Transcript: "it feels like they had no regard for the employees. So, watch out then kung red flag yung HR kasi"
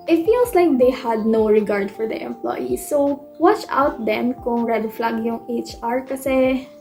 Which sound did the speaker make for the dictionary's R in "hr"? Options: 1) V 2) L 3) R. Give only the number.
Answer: 3